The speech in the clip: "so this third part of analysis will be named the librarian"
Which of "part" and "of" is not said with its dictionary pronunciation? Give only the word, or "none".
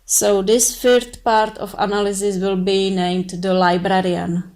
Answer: of